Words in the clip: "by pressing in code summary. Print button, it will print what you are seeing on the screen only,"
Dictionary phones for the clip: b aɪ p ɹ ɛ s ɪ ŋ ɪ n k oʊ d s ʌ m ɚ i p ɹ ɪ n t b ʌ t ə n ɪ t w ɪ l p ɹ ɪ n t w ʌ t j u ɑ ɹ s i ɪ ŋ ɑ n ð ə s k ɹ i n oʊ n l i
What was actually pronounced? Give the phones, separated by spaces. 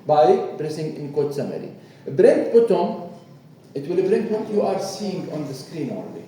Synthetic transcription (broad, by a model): b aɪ b ɹ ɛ s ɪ ŋ ɪ n k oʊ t s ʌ m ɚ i b ɹ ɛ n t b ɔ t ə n ɪ t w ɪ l b ɹ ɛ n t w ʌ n j u ɑ ɹ s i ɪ ŋ ɑ n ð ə s k ɹ i n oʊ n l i